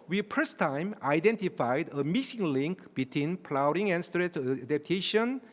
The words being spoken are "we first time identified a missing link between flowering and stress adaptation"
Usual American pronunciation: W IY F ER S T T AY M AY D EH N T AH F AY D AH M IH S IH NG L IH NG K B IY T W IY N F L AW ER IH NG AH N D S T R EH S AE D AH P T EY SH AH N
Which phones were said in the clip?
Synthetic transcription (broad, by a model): W IY P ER S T T AY M AY D EH N T AH F AY D AH M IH S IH NG L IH NG K B IY T W IY N P L AW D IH NG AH N S T R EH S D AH P T EY SH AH N